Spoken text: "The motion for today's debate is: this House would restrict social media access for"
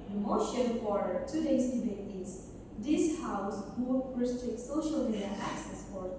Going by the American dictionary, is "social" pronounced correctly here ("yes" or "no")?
yes